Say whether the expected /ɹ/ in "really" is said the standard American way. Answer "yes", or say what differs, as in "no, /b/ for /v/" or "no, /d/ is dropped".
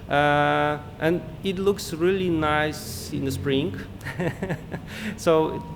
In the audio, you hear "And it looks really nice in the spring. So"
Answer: yes